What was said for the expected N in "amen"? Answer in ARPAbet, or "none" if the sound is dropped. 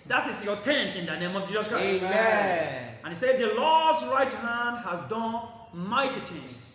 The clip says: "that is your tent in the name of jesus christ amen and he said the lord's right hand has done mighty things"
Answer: none